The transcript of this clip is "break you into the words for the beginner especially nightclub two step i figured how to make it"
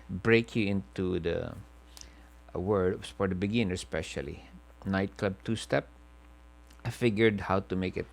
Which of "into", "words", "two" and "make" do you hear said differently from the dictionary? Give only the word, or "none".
words